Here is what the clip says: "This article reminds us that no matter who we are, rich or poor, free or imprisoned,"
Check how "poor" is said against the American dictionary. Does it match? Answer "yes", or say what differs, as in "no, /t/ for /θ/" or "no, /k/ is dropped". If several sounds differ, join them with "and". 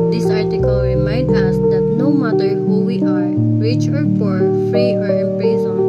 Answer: no, /f/ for /p/